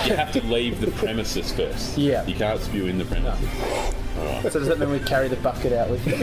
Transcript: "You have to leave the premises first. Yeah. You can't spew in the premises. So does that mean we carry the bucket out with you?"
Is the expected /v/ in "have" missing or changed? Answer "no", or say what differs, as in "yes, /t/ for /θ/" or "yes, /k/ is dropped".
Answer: yes, /f/ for /v/